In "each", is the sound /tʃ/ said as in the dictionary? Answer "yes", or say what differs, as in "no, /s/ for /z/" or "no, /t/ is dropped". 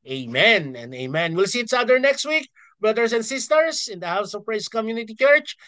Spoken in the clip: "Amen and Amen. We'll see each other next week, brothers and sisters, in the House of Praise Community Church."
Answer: no, /s/ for /tʃ/